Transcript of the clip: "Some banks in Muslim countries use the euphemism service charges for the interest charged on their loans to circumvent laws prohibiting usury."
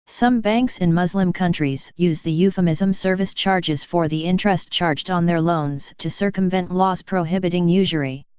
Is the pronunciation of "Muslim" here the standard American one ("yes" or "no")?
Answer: yes